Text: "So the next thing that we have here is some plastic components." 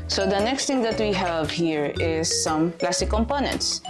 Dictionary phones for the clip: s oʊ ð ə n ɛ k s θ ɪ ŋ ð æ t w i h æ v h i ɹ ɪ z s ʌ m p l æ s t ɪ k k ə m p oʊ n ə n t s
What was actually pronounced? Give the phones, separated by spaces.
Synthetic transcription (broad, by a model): s oʊ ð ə n ɛ k s t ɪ ŋ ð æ t w i h æ v h i ɹ ɪ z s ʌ m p l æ s t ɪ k k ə m p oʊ n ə n t s